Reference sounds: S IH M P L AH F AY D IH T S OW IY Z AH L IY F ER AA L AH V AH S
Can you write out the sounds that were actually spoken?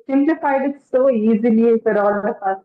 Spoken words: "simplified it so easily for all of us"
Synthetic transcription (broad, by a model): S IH M P L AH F AY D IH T S OW IY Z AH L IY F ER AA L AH P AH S